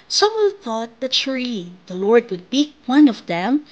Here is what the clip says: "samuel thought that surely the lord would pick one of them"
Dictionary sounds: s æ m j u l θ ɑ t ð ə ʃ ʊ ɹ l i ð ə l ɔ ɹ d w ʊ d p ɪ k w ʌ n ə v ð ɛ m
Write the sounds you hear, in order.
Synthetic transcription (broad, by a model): s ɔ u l θ ɑ t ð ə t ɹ i ð ə l ɔ ɹ d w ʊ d b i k w ʌ n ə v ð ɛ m